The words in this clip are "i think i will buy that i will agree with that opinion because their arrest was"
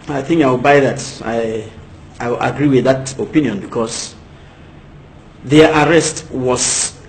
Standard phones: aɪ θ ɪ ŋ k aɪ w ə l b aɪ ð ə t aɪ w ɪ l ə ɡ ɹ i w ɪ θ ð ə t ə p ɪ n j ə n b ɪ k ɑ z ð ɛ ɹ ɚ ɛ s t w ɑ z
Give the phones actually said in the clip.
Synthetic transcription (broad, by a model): aɪ θ ɪ ŋ k aɪ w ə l b aɪ ð ə t aɪ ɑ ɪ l ə ɡ ɹ i w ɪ ð ə t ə p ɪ n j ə n b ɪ k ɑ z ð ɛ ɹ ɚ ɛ s t w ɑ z